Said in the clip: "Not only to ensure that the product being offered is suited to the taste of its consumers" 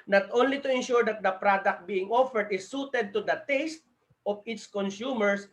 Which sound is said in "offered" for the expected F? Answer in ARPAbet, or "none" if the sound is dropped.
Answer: F